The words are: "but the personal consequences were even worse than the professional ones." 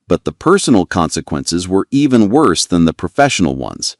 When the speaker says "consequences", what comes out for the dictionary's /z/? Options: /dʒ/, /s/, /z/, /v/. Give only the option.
/z/